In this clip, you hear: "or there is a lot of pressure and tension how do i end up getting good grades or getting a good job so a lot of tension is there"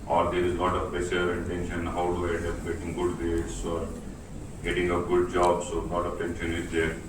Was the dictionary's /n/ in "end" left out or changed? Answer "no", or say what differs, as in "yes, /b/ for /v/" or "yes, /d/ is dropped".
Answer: yes, /n/ is dropped